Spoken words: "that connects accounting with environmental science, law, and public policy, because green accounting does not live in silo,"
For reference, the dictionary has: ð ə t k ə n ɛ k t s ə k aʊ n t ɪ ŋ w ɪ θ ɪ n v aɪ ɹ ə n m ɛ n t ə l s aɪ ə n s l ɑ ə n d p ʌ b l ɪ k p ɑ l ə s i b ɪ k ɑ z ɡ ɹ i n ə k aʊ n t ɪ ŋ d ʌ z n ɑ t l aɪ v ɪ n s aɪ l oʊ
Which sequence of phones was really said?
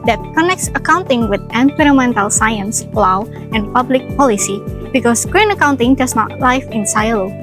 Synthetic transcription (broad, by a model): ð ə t k ə n ɛ k t s ə k aʊ n t ɪ ŋ w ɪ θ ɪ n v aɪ ɹ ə m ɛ n t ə l s aɪ ə n s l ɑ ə n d p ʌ b l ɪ k p ɑ l ə s i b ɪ k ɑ s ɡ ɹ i n ə k aʊ n t ɪ ŋ d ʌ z n ɑ t l aɪ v ɪ n s aɪ l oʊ